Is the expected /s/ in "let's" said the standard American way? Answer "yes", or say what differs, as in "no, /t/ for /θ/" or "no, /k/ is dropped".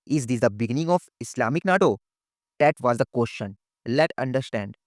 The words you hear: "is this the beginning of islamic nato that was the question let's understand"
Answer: no, /s/ is dropped